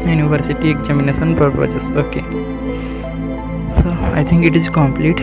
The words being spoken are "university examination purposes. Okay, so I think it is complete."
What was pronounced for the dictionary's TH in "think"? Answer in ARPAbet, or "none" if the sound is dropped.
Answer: T